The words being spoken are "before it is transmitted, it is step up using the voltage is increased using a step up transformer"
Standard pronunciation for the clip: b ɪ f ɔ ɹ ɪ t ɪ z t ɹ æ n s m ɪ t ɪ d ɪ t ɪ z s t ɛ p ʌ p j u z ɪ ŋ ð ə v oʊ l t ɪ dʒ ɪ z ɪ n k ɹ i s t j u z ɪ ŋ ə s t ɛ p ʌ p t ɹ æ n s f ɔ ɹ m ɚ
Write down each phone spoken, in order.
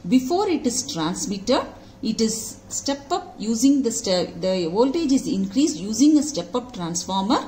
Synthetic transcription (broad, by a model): b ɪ f ɔ ɹ ɪ t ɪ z t ɹ æ n s m ɪ t ɪ d ɪ t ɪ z s t ɛ p ʌ p j u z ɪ ŋ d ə v oʊ l t ɪ dʒ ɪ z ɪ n k ɹ i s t j u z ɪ ŋ ə s t ɛ p ʌ p t ɹ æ n s f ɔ ɹ m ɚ